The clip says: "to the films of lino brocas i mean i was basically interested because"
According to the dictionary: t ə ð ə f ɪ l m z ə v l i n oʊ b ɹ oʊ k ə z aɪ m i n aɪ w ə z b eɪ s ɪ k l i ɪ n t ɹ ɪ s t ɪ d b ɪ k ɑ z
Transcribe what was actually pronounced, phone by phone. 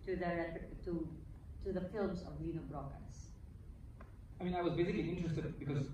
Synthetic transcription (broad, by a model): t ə ð ə f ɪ l m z ə v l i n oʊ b ɹ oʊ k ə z aɪ m i n aɪ w ə z b eɪ s ɪ k l i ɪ n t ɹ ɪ s t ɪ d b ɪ k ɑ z